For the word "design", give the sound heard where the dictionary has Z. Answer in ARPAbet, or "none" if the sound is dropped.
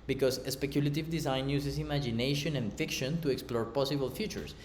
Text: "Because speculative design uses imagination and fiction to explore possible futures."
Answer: S